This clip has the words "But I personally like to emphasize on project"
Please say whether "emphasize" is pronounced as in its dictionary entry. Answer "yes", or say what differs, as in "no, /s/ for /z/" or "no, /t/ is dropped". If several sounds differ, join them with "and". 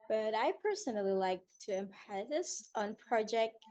no, /p/ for /f/